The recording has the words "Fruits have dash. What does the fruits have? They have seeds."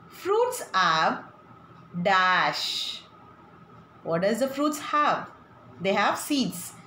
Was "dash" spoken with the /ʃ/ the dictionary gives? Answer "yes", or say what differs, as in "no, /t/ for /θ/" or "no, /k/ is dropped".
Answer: yes